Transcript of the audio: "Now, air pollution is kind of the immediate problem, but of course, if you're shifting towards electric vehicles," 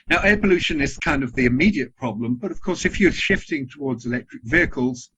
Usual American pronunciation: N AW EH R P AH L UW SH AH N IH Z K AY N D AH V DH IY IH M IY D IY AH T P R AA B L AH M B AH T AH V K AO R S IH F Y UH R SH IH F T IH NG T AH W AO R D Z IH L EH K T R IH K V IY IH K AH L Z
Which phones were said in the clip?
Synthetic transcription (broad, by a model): N AW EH P AH L UW SH AH N IH Z K AY N D AH V DH IY IH M IY D IY AH T P R AA B L AH M B AH T AH V K AO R S IH F Y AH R SH IH F T IH NG T AH W AO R D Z IH L EH K T R IH K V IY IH K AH L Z